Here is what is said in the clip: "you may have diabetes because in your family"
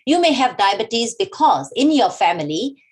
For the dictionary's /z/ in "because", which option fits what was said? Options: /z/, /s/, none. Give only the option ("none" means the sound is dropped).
/z/